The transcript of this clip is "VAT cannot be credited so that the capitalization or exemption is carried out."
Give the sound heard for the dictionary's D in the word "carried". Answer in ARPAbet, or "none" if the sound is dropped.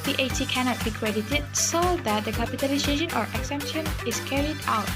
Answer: D